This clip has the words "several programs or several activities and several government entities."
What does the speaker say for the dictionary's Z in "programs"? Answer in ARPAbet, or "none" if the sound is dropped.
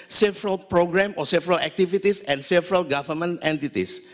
none